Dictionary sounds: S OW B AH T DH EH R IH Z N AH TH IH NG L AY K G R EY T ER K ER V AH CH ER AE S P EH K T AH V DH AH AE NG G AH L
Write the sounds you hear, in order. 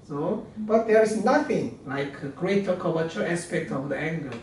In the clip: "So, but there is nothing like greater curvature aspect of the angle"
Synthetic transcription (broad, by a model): S OW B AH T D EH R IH S N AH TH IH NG L AY K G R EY T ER K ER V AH CH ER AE S P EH K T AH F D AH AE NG G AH